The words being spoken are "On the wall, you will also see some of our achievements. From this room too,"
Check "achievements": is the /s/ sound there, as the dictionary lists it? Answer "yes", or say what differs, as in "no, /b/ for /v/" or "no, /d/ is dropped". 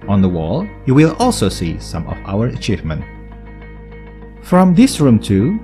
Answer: no, /s/ is dropped